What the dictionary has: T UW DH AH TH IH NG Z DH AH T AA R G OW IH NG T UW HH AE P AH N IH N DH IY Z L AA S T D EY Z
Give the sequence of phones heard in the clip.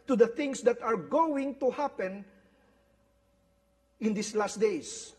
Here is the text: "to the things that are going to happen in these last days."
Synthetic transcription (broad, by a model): T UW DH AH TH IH NG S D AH T AA R G OW IH NG T UW HH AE P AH N IH N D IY S L AA S T D EY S